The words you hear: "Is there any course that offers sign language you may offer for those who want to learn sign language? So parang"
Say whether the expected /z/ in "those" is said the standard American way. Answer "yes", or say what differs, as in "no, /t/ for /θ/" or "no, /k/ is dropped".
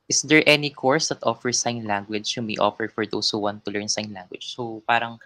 no, /s/ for /z/